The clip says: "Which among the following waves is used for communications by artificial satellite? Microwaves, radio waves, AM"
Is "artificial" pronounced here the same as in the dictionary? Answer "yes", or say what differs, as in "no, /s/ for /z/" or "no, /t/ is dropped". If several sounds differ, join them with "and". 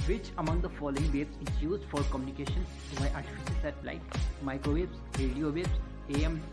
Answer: no, /s/ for /ʃ/